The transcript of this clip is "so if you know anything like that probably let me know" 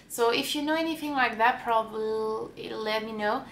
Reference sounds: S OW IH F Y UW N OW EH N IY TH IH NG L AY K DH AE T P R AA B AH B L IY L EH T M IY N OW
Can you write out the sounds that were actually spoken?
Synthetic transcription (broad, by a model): S OW IH F Y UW N OW EH N IY TH IH NG L AY K DH AE T P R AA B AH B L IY L EH T M IY N OW